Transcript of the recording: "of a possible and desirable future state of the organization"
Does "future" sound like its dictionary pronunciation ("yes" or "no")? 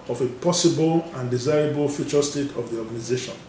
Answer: yes